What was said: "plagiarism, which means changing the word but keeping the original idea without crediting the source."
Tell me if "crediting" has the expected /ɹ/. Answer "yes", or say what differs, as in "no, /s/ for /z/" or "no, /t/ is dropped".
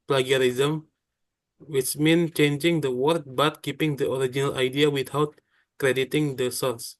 yes